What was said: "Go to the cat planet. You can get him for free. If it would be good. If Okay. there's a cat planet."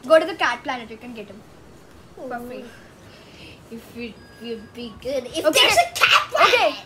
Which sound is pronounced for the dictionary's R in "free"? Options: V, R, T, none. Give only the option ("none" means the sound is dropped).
none